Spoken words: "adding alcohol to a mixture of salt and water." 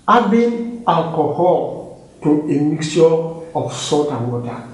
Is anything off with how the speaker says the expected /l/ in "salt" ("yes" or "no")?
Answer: yes